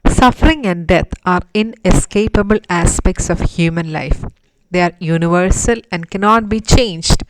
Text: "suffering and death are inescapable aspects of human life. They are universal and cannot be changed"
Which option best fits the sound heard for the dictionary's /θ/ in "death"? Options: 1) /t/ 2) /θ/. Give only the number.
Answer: 1